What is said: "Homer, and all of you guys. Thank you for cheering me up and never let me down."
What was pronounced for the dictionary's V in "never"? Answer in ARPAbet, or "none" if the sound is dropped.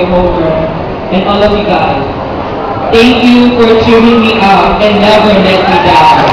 W